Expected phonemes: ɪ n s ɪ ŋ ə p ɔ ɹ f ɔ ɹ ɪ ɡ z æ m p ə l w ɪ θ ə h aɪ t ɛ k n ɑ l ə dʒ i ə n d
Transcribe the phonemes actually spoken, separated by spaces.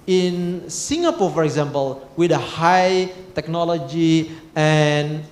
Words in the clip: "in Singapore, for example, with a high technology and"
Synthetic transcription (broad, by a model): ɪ n s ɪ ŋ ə p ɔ f ɔ ɹ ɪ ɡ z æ m p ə l w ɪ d ə h aɪ t ɛ k n ɑ l ə dʒ i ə n